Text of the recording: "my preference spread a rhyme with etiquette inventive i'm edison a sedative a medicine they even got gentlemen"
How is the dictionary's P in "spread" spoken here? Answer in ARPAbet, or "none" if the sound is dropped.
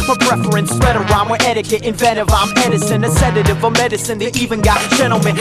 none